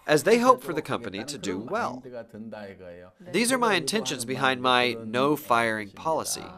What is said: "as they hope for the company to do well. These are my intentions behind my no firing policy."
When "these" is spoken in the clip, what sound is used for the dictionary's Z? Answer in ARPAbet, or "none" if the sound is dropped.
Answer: Z